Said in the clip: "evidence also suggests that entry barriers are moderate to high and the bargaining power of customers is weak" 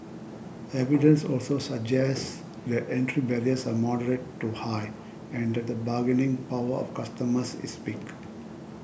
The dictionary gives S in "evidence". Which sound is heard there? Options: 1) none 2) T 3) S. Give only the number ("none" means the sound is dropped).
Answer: 3